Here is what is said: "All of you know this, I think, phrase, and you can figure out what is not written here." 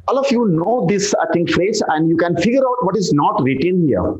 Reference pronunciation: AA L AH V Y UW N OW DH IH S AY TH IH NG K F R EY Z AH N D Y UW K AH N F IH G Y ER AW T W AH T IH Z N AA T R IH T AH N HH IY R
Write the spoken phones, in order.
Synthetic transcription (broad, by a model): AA L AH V Y UW N OW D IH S AY T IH NG K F R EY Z AH N D Y UW K AH N F IH G Y ER AW T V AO T IH Z N AA T R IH T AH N HH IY R